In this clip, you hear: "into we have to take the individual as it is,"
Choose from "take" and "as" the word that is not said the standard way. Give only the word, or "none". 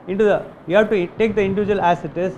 as